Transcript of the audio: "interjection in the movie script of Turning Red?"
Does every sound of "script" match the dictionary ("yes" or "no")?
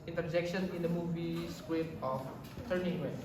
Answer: no